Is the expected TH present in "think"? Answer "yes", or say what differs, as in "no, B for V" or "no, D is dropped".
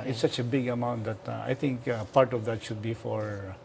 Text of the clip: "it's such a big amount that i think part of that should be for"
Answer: no, T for TH